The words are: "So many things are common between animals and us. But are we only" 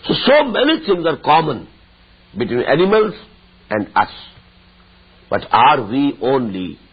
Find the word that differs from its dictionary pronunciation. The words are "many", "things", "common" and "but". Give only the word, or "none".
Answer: things